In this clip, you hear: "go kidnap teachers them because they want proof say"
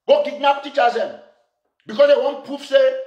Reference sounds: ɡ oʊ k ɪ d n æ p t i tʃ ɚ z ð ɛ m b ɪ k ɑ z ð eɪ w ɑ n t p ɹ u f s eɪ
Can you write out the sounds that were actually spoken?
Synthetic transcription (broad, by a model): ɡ oʊ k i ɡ n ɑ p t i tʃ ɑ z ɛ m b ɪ k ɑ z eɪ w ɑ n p u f s eɪ